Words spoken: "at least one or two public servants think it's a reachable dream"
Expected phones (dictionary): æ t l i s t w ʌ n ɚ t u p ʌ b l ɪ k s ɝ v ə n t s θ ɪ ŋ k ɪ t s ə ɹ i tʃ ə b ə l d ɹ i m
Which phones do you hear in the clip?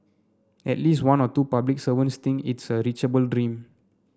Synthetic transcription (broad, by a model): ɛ t l i s t w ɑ n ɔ t u p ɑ b l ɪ k s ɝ v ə n s t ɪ ŋ ɪ t s ə ɹ i tʃ ə b ə l d ɹ i m